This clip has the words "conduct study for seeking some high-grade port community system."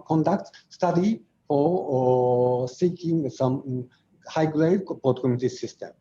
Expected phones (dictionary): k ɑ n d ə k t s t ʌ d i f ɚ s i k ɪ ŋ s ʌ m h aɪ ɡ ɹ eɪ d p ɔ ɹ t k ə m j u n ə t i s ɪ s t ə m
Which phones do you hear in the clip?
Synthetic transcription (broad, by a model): k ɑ n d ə k t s t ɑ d i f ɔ s i k ɪ ŋ s ʌ m h aɪ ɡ l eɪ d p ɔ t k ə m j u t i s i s t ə m